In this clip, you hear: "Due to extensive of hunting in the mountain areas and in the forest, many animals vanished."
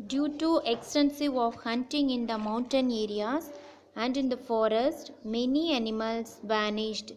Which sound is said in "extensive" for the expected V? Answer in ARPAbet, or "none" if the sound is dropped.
V